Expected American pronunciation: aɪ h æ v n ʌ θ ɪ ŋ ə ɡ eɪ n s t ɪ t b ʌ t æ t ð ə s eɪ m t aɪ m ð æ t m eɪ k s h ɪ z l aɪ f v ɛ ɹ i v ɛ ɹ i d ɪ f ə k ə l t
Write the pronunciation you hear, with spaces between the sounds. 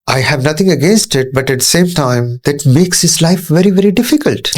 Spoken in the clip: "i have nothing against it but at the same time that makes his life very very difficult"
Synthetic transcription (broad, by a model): aɪ h æ v n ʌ t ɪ ŋ ə ɡ eɪ n s t ɪ t b ʌ t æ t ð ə s eɪ m t aɪ m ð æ t m eɪ k s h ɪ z l aɪ f v ɛ ɹ i v ɛ ɹ i d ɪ f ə k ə l t